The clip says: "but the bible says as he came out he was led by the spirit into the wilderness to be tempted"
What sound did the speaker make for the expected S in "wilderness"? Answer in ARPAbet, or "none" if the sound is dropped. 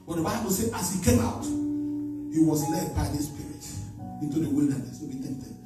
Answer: S